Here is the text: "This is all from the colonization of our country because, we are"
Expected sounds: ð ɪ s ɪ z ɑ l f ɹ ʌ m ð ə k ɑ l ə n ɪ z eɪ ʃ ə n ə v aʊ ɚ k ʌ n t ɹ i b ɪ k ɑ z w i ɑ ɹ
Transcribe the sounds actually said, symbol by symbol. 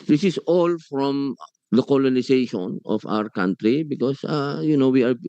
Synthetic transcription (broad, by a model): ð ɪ s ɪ s ɑ l f ɹ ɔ m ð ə k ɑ l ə n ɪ s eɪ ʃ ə n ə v aʊ ɚ k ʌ n t ɹ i b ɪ k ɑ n w i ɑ ɹ